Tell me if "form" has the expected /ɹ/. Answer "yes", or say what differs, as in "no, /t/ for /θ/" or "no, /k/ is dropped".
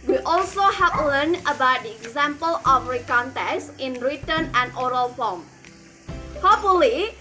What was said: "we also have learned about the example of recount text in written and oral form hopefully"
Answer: no, /l/ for /ɹ/